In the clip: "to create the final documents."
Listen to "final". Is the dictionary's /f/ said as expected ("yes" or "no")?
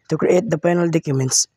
no